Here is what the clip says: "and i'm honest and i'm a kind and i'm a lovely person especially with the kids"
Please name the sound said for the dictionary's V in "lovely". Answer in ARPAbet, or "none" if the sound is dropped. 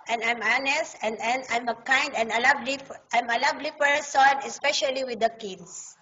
B